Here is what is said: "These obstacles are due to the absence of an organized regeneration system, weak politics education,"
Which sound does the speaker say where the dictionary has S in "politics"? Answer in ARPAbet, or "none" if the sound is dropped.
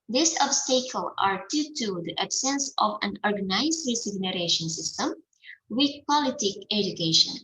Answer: none